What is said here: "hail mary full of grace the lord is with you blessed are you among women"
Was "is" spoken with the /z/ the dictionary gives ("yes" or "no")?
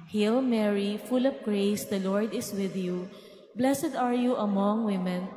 no